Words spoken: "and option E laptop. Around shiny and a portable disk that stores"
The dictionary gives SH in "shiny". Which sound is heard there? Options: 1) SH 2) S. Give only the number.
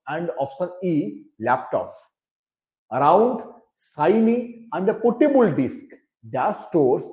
2